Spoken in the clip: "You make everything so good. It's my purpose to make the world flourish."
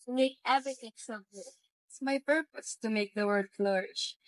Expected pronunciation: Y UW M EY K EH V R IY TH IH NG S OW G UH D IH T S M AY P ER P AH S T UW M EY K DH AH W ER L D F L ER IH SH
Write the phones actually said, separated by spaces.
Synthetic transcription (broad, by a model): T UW M EY K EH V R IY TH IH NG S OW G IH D IH T S M AY P ER P AH S T UW M EY K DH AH W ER D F L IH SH